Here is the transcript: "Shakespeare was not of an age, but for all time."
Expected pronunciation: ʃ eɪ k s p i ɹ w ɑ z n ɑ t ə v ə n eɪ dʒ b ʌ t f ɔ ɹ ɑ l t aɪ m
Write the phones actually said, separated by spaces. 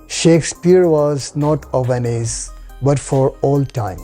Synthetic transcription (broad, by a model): ʃ eɪ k s p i ɹ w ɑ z n ɑ t ə v ə n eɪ z b ʌ t f ɔ ɹ ɑ l t aɪ m